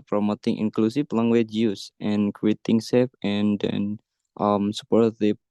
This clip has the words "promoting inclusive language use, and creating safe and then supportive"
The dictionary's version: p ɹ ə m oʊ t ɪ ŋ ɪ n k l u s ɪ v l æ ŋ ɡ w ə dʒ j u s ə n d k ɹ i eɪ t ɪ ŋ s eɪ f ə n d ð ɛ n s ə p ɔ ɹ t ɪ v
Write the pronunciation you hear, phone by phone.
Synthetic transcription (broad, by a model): p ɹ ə m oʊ t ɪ ŋ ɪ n k l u s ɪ f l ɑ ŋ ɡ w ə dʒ j u s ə n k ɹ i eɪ t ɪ ŋ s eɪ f ə n d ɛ n s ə p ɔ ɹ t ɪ